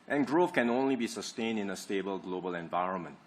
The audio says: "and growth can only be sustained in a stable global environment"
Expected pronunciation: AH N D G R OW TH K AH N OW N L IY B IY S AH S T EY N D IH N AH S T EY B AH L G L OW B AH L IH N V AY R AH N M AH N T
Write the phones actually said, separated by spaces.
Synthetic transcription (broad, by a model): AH N G R OW F K AH N OW N L IY B IY S AH S T EY N D IH N AH S T EY B AH L G L OW B AH L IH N V AY R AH N M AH N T